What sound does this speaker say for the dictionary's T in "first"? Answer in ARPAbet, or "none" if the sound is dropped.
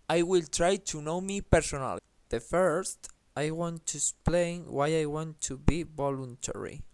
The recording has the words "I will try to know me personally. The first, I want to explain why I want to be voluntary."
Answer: T